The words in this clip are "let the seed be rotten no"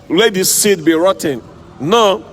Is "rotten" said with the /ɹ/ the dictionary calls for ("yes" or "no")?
yes